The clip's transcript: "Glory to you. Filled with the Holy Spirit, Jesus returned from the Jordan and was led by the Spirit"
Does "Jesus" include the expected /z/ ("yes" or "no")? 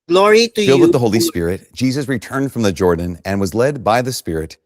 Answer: yes